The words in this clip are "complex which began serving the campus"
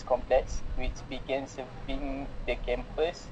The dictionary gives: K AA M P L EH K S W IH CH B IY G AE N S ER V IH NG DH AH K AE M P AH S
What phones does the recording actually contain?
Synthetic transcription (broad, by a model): K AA M P L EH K S W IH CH B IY G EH N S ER B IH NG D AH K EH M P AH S